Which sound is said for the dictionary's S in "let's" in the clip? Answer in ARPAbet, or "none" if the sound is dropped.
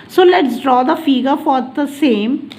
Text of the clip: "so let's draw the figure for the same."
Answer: S